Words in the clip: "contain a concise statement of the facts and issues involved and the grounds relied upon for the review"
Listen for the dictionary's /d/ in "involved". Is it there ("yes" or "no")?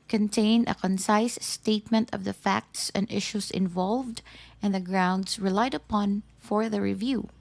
yes